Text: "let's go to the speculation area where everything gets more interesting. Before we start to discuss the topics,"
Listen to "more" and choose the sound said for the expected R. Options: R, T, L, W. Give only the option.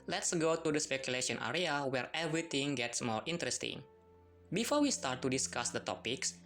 R